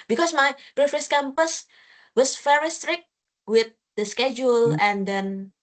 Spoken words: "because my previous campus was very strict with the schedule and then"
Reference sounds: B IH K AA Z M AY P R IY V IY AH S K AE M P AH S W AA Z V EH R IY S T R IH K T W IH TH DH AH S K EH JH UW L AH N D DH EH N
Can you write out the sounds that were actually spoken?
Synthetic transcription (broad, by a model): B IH K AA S M AY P R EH F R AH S K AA M P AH S W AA S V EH R IY S T R IH K T W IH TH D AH S K EH JH UW L AH N D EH N